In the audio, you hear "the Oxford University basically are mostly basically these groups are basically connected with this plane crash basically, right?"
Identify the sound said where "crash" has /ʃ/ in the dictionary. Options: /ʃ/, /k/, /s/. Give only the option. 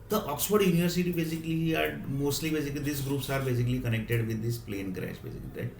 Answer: /s/